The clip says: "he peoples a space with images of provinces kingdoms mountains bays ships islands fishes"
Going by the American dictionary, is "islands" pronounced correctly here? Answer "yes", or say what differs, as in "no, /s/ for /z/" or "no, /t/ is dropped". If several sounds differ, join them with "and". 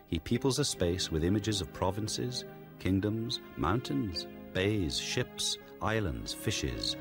yes